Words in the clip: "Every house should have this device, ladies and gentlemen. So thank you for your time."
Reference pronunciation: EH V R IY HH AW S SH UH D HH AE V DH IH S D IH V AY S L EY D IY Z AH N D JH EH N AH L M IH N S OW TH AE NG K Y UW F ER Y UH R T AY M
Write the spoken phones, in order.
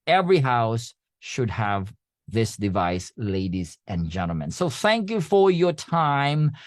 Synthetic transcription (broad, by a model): EH V R IY HH AW S SH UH D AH V DH IH S D IH V AY S L EY D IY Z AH N JH EH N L M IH N S OW TH AE NG K Y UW F ER Y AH R T AY M